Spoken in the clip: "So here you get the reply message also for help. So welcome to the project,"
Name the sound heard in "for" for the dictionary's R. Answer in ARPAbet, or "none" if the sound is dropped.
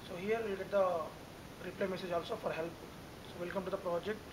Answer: R